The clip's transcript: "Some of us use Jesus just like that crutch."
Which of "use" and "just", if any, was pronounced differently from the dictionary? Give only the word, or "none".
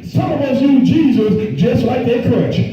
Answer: use